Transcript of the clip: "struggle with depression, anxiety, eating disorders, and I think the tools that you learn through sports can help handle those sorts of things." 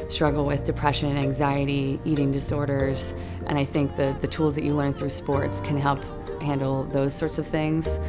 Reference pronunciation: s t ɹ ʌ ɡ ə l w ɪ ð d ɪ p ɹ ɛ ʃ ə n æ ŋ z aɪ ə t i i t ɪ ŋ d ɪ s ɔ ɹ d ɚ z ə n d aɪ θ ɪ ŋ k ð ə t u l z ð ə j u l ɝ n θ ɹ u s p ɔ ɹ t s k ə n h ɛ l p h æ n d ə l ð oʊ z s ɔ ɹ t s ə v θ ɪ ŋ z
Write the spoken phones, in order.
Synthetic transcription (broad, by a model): s t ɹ ʌ ɡ l w ɪ ð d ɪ p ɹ ɛ ʃ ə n æ ŋ z aɪ ə t i i t ɪ ŋ d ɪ s ɔ ɹ d ɚ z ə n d aɪ θ ɪ ŋ k ð ə t u l z ð ə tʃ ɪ l ɝ n θ ɹ u s p ɔ ɹ t s k ə n h ɛ l p h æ n d l ð oʊ z s ɔ ɹ t s ə v θ ɪ ŋ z